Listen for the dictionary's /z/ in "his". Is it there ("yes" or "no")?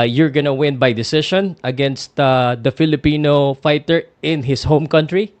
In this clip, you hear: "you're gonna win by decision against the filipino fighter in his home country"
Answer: no